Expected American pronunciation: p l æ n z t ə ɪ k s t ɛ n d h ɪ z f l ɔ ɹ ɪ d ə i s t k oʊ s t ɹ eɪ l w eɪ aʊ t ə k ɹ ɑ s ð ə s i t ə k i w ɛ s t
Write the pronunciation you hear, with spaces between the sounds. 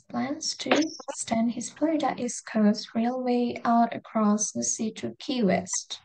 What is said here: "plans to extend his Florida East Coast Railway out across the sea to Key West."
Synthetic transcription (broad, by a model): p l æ n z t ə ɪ s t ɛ n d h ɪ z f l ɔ ɪ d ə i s k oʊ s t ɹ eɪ l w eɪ aʊ t ə k ɹ ɑ s ð ə s i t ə k i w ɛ s t